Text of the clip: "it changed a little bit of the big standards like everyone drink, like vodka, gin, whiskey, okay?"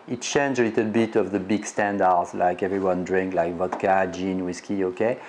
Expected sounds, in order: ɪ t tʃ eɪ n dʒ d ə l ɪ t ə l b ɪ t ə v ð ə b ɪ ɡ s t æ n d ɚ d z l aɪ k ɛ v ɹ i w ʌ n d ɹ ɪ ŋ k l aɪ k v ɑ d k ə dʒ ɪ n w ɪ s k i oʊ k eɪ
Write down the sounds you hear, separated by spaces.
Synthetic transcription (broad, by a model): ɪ t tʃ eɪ n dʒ ə l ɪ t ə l b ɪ t ə v ð ə b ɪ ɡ s t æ n d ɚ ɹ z l aɪ k ɛ v ɹ i w ʌ n d ɹ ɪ ŋ k l aɪ k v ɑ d k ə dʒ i n w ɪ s k i oʊ k eɪ